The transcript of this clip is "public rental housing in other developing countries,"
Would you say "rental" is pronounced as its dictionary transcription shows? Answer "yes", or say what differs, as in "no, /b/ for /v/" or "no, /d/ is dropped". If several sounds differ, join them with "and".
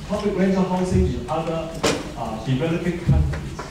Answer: no, /s/ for /t/